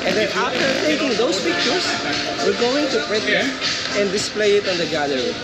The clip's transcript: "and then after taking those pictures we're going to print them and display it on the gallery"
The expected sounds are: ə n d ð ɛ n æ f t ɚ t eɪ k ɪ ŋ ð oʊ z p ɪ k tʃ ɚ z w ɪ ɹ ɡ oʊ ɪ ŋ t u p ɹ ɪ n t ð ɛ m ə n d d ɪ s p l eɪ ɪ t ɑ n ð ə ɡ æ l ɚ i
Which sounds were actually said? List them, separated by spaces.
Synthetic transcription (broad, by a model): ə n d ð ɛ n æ f t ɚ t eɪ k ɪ ŋ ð oʊ s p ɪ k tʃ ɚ s w ɪ ɹ ɡ oʊ ɪ ŋ t u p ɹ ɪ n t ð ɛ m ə n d d ɪ s p l eɪ ɪ t ɑ n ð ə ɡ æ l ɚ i